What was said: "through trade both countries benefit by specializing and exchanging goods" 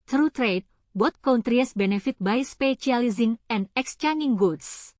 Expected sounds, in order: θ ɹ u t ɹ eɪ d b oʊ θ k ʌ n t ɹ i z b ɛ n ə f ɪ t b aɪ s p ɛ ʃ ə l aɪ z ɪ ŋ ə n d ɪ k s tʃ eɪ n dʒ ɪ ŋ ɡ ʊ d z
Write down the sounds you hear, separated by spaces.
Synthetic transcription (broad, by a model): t ɹ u t ɹ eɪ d b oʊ t k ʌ n t ɹ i s b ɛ n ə f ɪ t b aɪ s p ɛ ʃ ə l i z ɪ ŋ ə n d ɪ k s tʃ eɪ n ɪ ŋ ɡ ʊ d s